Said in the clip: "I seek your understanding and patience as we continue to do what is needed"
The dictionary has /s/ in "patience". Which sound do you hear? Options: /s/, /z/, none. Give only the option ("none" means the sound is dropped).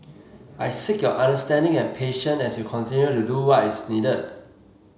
none